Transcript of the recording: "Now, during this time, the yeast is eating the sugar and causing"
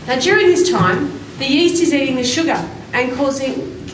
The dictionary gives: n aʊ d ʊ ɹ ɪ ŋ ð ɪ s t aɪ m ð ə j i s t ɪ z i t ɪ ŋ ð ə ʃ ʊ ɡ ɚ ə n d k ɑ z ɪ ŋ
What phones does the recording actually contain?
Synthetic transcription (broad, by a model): n aʊ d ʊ ɹ ɪ ŋ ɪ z t aɪ m ð ə j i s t ɪ z i t ɪ ŋ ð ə ʃ ʊ ɡ ɚ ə n k ɑ z ɪ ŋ